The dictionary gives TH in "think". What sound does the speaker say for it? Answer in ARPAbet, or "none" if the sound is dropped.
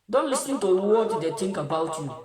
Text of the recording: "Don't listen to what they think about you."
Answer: T